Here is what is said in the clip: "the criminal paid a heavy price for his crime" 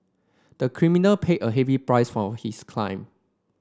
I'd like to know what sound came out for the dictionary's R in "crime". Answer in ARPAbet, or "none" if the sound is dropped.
L